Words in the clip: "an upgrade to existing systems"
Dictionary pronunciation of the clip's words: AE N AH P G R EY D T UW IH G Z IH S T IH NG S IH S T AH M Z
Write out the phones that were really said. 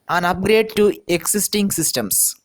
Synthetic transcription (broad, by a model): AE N AH P G R EY D T UW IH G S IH S T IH NG S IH S T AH M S